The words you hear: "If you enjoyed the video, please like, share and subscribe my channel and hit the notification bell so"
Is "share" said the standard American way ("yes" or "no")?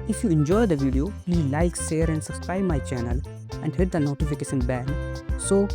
no